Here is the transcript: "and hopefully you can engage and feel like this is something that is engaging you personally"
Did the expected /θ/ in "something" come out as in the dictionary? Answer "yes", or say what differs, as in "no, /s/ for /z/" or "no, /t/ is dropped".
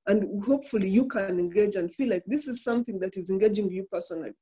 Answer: yes